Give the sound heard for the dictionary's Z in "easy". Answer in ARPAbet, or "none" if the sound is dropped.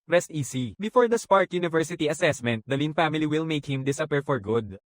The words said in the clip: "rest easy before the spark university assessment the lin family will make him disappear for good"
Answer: S